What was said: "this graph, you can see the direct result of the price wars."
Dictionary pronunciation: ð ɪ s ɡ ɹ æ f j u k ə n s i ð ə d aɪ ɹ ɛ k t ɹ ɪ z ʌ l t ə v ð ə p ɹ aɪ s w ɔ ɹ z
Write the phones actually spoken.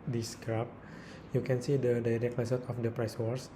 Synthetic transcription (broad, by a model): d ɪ s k ɹ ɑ p j u k ə n s i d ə d aɪ ɹ ɛ k t l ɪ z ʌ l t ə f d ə p ɹ aɪ s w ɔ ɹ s